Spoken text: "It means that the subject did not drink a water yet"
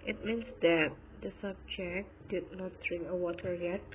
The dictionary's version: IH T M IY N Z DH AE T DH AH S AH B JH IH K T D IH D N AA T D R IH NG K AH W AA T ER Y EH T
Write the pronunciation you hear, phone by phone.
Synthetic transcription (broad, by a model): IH T M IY N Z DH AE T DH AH S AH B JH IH K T D IH D N AA T D R IH NG K AH W AA T ER Y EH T